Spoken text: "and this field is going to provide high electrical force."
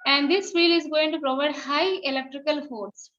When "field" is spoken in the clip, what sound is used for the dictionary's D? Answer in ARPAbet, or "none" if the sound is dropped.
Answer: none